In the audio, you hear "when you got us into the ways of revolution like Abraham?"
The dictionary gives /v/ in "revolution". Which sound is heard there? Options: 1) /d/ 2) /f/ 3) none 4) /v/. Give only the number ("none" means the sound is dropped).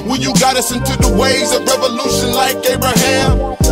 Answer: 4